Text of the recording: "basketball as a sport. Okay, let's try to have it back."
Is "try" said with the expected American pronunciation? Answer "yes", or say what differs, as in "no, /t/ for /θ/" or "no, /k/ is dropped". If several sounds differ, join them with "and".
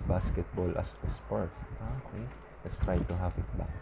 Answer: yes